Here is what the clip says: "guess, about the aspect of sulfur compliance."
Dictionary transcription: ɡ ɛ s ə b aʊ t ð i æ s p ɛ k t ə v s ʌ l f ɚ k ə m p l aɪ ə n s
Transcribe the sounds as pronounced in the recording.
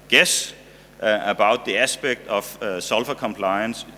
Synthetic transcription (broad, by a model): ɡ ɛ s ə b aʊ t ð i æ s b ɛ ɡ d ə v s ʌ l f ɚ k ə m p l aɪ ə n s